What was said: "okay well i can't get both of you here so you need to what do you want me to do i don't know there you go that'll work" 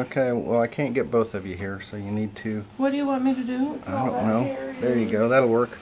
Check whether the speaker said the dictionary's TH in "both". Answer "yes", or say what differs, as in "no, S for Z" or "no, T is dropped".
yes